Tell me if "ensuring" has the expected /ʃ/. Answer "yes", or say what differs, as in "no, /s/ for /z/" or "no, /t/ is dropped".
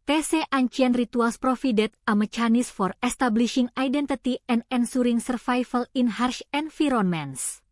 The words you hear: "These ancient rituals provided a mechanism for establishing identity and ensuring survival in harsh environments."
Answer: no, /s/ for /ʃ/